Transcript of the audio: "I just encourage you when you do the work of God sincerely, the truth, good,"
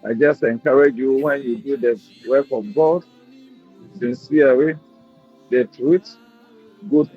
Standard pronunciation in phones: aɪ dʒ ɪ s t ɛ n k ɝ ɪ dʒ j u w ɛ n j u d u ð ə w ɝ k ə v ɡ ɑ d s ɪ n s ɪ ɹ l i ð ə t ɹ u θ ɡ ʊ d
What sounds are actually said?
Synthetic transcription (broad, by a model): aɪ dʒ ɪ s t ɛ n k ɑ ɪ dʒ j u w ɛ n j u d u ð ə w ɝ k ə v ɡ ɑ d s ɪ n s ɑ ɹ i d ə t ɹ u t ɡ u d